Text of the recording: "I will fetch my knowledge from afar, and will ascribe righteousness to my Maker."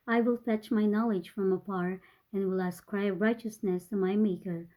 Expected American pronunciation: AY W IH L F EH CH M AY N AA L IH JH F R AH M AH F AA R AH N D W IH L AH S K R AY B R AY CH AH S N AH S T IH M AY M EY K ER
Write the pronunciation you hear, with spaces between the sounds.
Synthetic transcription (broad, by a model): AY W IH L F EH CH M AY N AA L IH JH F R AH M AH P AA R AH N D W IH L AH S K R AY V R AY CH AH S N AH S T IH M AY M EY K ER